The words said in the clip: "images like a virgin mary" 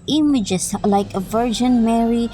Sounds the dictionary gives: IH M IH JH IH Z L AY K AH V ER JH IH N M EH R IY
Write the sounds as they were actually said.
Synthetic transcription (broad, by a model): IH M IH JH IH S L AY K AH V ER JH IH N M EH R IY